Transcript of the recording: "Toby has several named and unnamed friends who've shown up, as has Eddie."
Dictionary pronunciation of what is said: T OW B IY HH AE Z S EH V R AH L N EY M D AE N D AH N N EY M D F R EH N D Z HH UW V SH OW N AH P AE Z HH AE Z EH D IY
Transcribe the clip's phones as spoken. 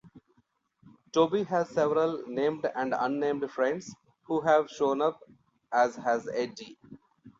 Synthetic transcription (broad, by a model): T OW B IY HH AE Z S EH V R AH L N EY M D AE N D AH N N EY M D F R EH N D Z HH UW V SH OW N AH P AE Z HH AE Z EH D IY